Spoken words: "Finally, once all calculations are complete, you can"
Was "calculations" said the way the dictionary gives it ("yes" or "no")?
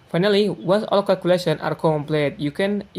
no